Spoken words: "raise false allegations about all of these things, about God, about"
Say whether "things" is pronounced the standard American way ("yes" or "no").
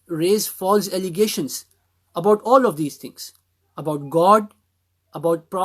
no